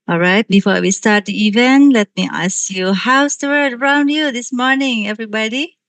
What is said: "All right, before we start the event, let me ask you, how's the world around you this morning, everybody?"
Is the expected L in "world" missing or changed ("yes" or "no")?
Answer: yes